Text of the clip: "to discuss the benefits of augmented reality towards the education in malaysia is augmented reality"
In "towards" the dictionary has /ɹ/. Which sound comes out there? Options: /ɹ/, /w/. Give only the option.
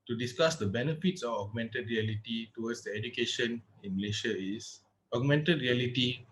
/w/